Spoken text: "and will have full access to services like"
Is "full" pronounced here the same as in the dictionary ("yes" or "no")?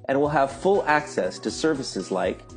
yes